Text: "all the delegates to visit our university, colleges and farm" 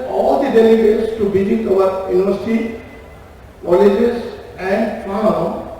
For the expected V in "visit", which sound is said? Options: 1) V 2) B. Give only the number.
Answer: 2